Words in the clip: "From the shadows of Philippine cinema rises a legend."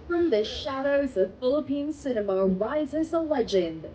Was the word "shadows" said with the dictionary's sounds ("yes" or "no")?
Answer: yes